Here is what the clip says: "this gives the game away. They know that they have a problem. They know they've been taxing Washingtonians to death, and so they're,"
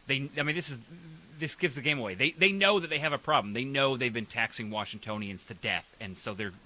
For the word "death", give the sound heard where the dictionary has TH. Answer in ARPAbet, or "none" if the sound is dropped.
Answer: TH